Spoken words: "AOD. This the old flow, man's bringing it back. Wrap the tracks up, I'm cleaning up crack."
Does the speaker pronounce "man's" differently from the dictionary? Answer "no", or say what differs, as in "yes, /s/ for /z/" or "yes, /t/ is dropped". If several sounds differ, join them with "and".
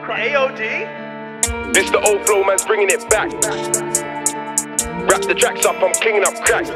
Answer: no